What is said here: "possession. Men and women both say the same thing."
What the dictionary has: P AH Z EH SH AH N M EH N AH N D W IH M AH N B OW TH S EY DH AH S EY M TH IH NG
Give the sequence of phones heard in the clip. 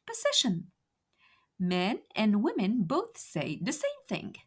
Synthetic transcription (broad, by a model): P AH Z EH SH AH N M EH N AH N W IH M AH N B OW TH S EY DH AH S EY M TH IH NG